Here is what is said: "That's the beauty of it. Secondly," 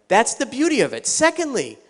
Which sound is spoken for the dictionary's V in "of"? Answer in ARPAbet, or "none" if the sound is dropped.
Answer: V